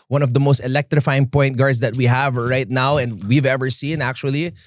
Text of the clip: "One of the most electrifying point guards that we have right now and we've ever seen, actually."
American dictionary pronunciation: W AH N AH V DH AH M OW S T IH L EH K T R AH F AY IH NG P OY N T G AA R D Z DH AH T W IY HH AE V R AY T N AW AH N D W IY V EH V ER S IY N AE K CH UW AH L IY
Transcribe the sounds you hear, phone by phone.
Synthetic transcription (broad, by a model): W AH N AH V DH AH M OW S T IH L EH K T R AH F AY IH NG P OY N T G AA R D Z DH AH T W IY HH AE V R AY T N AW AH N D W IY V EH V ER S IY N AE K CH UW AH L IY